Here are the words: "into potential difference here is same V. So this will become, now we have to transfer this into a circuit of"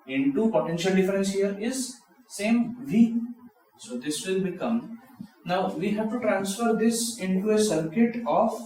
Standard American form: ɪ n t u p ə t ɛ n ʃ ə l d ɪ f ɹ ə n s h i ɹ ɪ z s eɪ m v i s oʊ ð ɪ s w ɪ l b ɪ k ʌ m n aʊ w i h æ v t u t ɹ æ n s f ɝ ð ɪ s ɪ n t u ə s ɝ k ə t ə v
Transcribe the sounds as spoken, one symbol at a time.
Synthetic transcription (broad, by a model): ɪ n t u p ə t ɛ n ʃ ə l d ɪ f ɹ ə n s h i ɹ ɪ z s eɪ m v i s oʊ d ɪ s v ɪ l b ɪ k ʌ m n aʊ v i h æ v t u t ɹ æ n s f ɝ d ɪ s ɪ n t u ə s ɝ k ə t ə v